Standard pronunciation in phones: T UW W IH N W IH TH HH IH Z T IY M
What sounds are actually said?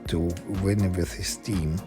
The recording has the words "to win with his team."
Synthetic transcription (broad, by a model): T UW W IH N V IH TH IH S T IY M